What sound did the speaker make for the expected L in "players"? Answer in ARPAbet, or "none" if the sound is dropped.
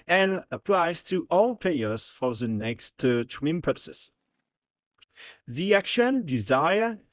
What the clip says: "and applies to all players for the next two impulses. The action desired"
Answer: none